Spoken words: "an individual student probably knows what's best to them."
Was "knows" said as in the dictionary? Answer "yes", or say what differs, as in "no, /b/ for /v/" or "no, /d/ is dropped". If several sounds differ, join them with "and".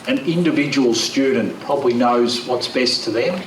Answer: yes